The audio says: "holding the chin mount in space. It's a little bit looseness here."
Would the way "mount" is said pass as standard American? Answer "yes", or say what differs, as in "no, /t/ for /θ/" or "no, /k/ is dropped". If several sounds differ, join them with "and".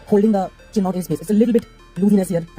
no, /n/ is dropped